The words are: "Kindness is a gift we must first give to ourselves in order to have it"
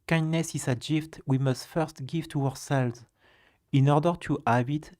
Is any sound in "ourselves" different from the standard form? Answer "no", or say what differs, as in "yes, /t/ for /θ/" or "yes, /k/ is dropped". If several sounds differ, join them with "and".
no